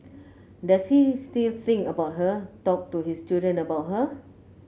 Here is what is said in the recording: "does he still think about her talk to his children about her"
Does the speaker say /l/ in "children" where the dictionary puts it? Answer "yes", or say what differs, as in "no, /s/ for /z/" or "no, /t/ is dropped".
no, /l/ is dropped